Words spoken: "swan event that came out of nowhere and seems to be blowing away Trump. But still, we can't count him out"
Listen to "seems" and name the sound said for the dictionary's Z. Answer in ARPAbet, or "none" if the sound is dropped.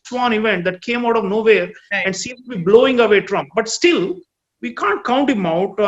none